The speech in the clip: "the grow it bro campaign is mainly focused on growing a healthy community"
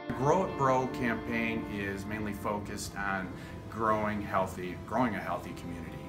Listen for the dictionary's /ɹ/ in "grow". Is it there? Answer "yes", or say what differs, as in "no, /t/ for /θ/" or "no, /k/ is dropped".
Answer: yes